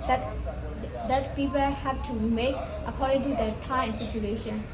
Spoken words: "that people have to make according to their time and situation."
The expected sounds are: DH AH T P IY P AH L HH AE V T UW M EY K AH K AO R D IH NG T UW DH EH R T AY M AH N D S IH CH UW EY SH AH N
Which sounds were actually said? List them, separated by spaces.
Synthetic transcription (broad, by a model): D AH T P IY P AH L HH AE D T UW M EY K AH K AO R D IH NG T UW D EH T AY AH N S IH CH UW EY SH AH N